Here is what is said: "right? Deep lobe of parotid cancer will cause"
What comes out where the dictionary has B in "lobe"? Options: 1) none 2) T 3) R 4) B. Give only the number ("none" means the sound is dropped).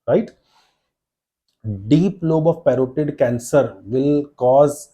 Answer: 4